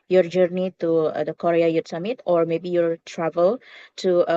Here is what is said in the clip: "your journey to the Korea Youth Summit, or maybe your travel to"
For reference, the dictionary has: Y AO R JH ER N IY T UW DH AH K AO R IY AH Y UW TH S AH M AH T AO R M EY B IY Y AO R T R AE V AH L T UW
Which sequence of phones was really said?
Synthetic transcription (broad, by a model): Y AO R JH ER N IY T UW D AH K AO R IY AH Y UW T S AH M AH T AO R M EY B IY Y AO R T R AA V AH L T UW